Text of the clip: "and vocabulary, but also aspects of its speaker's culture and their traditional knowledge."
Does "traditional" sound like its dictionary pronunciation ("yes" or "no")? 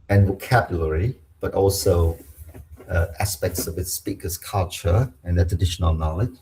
yes